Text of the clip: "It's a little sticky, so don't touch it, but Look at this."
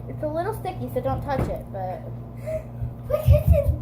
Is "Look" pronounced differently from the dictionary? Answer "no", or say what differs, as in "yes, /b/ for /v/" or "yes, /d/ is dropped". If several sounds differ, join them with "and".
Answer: yes, /w/ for /l/